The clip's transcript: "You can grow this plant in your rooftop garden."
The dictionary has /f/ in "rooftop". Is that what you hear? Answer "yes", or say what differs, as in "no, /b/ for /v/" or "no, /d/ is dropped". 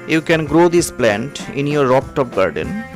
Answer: no, /p/ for /f/